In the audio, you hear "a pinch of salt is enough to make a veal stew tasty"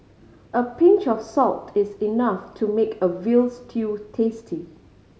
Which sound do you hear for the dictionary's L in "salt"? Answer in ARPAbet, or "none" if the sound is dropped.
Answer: L